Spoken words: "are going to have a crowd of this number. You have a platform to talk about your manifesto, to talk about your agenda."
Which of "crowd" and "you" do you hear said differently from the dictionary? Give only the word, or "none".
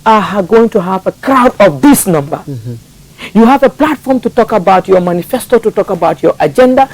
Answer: none